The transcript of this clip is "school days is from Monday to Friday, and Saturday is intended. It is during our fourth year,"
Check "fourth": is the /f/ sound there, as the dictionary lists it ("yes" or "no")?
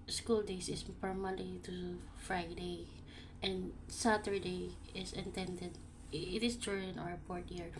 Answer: no